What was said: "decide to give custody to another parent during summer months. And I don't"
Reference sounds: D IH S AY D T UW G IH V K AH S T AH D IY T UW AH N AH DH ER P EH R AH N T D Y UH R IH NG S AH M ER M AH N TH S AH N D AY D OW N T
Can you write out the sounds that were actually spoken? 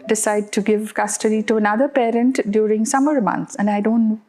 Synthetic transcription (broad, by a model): D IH S AY D T UW G IH V K AH S T AH D IY T UW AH N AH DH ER P EH R AH N T D Y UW R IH NG S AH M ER M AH N T S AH N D AY D OW N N